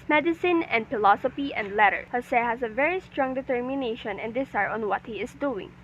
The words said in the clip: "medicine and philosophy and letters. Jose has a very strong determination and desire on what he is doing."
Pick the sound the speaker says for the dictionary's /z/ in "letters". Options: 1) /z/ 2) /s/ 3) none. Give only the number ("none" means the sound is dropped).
3